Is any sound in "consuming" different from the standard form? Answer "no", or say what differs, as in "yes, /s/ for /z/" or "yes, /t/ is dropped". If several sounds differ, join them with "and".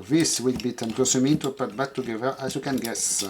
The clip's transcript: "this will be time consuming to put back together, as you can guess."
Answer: yes, /n/ is dropped